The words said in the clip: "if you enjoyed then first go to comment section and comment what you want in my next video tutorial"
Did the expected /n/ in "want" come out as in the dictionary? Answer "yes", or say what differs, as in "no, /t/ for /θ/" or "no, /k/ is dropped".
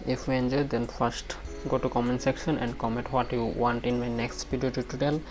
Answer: yes